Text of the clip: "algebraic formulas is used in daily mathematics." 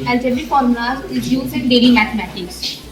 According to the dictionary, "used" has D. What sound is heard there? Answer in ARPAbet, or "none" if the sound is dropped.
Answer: none